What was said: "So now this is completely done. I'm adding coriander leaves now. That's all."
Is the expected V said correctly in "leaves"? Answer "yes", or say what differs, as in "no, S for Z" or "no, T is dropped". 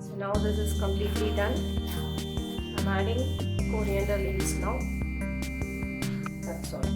no, V is dropped